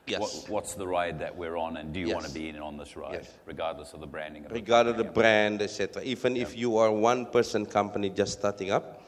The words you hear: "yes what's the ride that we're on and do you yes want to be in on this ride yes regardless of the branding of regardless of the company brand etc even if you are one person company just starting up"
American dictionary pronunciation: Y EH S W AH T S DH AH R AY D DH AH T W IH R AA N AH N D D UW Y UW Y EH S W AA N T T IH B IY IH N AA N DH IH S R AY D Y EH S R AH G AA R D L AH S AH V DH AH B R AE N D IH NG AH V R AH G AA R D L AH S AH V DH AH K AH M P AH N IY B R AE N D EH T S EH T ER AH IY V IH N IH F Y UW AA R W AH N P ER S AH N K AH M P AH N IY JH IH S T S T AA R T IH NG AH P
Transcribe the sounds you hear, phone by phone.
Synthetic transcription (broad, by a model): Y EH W W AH T S DH AH R AY D DH AH T W IH R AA N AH N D D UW Y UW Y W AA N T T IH B IY IH N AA N DH IH S R AY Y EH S R AH G AA R D L AH S AH V DH AH B R AE N D IH NG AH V R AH G AA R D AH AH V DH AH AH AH B R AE N D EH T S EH T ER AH IY V IH N IH F Y UW AA R W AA N P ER S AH N K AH M P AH N IY JH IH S S T AA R T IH NG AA P